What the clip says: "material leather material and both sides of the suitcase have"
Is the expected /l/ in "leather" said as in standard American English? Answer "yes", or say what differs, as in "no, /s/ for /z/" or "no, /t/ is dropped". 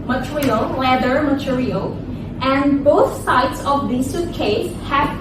no, /w/ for /l/